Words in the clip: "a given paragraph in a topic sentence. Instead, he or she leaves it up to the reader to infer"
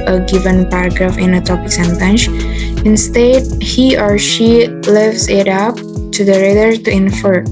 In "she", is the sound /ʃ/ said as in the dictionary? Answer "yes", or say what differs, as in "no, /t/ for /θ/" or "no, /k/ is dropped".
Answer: yes